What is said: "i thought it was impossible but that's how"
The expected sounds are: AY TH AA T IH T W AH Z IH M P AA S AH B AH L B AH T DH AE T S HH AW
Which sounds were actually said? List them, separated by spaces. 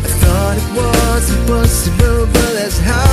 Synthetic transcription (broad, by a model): AY TH AA T IH T W AH Z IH P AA S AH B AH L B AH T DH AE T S HH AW